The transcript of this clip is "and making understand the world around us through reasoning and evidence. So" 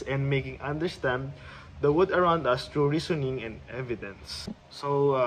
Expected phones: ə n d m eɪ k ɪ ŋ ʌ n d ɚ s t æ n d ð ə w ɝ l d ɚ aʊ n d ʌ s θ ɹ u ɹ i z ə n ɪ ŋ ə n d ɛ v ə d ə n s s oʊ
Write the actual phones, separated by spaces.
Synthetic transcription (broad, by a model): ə n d m eɪ k ɪ ŋ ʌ n d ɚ s t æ n d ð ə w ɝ d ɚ aʊ n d ʌ s t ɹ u ɹ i s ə n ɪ ŋ ə n d ɛ v ə d ə n s s oʊ